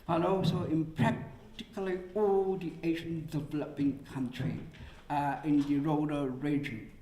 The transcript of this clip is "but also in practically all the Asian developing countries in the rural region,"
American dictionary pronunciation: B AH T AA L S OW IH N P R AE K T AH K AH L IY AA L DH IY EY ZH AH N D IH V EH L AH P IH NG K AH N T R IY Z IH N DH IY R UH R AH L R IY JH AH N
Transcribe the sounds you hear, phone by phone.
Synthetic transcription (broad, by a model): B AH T AA L S OW IH N P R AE K T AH K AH L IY AA L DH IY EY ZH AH N D IH V EH L AH P IH NG K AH N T R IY IH N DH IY R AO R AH R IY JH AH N